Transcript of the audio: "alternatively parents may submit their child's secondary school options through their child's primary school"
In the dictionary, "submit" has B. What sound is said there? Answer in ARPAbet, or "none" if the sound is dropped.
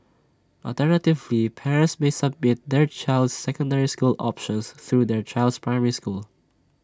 B